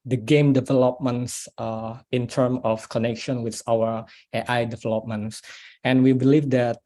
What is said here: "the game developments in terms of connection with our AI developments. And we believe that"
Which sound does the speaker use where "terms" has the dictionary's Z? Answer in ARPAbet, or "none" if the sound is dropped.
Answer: none